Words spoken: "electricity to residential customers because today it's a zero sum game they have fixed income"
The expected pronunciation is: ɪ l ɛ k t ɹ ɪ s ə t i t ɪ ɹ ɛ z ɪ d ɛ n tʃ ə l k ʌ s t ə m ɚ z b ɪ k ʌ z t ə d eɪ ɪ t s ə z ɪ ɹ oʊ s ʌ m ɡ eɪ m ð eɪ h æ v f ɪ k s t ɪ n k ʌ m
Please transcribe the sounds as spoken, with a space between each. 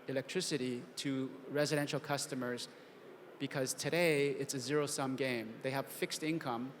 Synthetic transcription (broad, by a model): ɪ l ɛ k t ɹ ɪ s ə t i t ɪ ɹ ɛ z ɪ d ɛ n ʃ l k ʌ s t ə m ɚ z b ɪ k ʌ z t ə d eɪ ɪ t s ə z ɪ ɹ oʊ s ʌ m ɡ eɪ m ð eɪ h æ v f ɪ k s t ɪ n k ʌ m